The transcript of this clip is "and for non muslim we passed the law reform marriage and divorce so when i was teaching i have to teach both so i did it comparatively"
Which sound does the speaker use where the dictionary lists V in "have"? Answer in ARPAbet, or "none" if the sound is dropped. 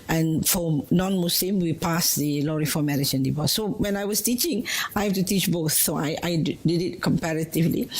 F